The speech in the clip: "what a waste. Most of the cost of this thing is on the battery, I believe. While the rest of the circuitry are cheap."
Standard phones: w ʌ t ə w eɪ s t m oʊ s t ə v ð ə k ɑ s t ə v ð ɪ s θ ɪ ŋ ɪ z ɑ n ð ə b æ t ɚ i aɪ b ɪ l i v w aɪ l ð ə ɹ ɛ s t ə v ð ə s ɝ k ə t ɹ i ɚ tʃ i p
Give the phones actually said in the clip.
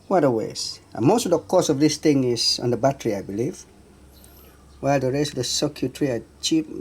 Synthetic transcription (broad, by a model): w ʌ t ə w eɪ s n m oʊ s t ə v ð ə k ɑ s ə v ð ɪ s θ ɪ ŋ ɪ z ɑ n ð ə b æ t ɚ i aɪ b ɪ l i v w aɪ l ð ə ɹ ɛ s t ə v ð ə s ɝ k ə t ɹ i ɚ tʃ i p